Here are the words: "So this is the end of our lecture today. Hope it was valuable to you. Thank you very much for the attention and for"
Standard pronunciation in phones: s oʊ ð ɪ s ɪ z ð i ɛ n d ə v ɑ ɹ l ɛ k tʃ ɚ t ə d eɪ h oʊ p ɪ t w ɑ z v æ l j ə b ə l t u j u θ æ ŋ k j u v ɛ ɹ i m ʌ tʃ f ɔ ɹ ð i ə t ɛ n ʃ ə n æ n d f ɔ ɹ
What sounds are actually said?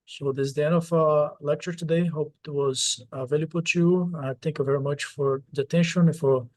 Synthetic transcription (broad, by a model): s oʊ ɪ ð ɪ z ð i ɛ n d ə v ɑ l ɛ k tʃ ɚ t ə d eɪ h oʊ p ɪ t w ɑ z v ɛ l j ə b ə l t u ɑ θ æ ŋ k j u v ɛ ɹ i m ʌ tʃ f ɔ ɹ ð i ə t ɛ n ʃ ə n n f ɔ ɹ